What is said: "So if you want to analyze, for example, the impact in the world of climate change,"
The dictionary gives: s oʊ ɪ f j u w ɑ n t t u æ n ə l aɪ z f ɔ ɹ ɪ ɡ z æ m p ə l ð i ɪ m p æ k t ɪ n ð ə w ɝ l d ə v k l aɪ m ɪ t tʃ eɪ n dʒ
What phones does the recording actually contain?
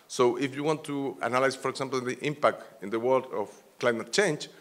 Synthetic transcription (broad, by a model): s oʊ ɪ f j u w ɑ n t t u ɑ n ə l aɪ s f ɔ ɹ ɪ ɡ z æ m p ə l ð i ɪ m p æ k t ɪ n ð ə w ɝ l d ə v k l aɪ m ɪ t tʃ eɪ n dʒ